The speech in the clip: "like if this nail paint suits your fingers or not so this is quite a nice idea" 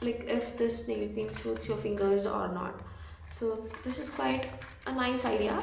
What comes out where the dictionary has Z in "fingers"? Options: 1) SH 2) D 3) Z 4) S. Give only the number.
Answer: 3